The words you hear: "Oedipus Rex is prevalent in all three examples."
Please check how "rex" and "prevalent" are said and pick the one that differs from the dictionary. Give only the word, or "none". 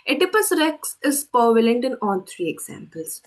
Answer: prevalent